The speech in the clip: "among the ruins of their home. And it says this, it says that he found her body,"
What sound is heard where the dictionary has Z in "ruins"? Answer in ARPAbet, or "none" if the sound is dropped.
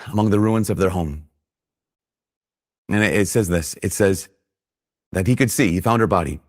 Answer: Z